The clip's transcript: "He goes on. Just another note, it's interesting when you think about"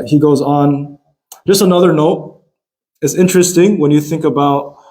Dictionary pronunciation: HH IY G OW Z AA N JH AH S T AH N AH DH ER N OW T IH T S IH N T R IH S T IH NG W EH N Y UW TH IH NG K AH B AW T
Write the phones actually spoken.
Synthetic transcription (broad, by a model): HH IY G OW Z N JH AH S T AH N AH DH ER N OW T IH T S IH N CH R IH S T IH NG W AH N Y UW TH IH NG K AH B AW T